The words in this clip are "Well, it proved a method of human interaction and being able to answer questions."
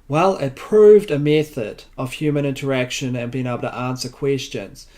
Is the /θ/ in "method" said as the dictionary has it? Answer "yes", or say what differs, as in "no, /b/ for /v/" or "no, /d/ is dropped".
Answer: yes